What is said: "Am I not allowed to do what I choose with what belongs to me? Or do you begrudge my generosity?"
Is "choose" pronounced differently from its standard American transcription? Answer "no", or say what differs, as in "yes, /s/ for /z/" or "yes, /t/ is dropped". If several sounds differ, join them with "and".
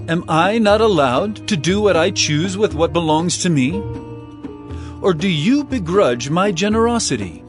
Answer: no